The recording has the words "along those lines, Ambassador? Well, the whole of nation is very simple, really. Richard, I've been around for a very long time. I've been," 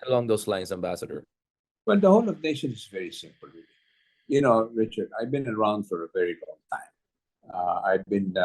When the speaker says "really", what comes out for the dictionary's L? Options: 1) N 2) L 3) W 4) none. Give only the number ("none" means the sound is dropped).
1